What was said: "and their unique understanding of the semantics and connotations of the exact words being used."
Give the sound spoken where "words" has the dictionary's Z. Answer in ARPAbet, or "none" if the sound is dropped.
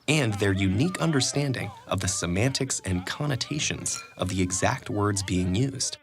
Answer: Z